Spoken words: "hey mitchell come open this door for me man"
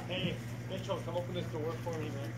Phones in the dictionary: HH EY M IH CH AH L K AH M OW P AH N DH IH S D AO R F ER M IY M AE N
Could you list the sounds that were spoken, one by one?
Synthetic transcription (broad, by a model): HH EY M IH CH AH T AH OW P AH N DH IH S D AO R F ER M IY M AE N